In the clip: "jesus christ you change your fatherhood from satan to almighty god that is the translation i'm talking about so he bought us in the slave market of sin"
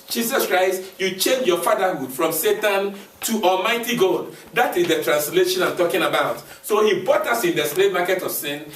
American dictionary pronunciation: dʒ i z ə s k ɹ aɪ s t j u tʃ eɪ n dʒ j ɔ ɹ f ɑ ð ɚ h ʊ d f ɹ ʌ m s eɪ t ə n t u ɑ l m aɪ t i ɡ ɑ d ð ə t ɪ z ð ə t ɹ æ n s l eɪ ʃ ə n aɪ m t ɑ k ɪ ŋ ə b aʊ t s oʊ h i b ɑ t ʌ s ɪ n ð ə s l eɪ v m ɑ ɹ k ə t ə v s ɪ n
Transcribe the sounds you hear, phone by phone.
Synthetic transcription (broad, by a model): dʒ i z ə s k ɹ aɪ s t j u tʃ eɪ n dʒ j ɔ f ɑ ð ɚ h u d f ɹ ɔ m s eɪ t ə n t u ɑ l m aɪ t i ɡ ɑ d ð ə t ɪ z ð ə t ɹ æ n s l eɪ ʃ ə n aɪ m t ɑ k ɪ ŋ ə b aʊ t s oʊ h i b ɑ t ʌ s ɪ n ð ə s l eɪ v m ɑ k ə t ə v s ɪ n